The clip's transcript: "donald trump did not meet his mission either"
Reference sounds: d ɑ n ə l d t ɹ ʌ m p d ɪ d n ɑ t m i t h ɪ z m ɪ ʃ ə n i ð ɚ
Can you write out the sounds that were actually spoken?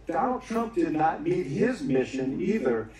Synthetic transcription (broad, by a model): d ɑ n l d t ɹ ʌ m p d ɪ d n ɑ t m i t h ɪ z m ɪ ʃ ə n i ð ɚ